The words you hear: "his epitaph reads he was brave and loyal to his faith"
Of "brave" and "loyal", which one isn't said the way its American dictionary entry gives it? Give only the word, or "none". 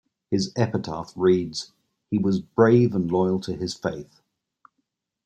none